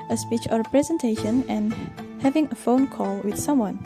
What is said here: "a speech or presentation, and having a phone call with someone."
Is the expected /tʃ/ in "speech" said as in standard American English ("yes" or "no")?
yes